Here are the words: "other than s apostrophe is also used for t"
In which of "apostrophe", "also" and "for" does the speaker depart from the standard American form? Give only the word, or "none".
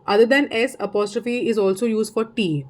none